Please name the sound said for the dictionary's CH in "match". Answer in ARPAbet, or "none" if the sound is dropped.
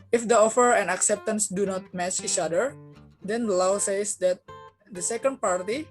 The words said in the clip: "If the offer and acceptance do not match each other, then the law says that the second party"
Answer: S